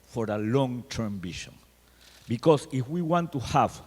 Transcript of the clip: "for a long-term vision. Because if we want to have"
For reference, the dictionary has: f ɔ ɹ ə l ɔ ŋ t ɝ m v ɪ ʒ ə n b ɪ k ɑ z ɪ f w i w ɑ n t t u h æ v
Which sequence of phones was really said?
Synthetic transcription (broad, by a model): f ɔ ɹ ə l ɔ ŋ t ɝ m b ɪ ʃ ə n b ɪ k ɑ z ɪ f w i w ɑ n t t u h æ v